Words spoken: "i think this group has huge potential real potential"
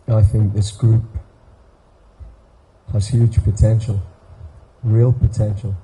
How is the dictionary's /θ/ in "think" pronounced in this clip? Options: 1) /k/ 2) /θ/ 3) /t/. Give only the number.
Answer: 2